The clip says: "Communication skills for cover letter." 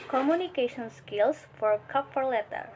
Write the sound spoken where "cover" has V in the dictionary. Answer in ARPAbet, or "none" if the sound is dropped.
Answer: F